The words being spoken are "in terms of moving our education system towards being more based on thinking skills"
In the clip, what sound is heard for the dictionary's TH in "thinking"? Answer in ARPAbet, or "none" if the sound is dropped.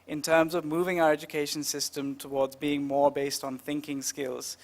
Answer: TH